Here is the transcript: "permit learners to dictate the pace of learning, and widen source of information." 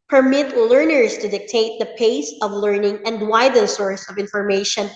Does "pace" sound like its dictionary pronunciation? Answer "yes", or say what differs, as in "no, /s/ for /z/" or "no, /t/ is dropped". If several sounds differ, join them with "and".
yes